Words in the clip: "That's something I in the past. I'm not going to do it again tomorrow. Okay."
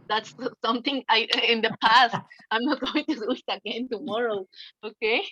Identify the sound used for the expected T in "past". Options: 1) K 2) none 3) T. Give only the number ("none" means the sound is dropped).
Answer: 3